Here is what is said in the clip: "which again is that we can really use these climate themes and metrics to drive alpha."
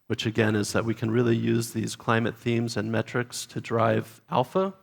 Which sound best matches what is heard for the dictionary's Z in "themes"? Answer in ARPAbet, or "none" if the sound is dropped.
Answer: Z